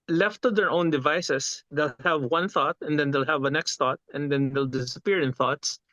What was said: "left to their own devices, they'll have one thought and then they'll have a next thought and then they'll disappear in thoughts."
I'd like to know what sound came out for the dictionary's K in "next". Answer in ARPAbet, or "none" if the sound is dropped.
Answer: K